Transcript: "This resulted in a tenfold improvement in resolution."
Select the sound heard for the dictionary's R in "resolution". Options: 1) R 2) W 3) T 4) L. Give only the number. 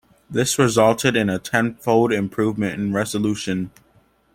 1